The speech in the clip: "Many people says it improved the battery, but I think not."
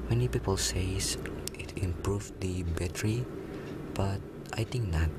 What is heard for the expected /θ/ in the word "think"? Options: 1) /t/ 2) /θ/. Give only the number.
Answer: 1